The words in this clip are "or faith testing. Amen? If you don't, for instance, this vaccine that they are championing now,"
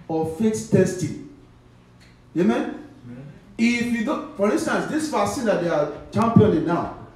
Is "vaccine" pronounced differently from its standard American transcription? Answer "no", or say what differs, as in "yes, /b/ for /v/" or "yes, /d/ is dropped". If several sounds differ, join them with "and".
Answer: yes, /k/ is dropped